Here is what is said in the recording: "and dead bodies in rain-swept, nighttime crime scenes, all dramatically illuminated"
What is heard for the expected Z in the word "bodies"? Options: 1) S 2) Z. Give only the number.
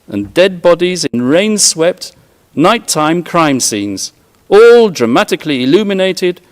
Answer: 2